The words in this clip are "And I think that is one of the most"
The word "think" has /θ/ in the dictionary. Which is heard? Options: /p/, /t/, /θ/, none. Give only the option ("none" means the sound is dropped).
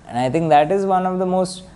/t/